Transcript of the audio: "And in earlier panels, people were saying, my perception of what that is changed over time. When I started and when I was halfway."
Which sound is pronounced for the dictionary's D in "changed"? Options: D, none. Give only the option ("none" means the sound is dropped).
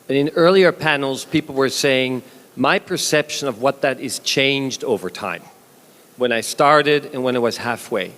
D